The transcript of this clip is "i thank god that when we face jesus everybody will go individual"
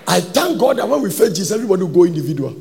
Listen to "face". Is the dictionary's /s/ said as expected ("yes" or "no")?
no